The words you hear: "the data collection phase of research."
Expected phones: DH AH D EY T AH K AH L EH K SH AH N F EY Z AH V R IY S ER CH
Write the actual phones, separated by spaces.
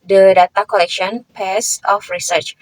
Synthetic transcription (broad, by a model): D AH D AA T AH K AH L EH K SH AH N P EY S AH F R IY S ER CH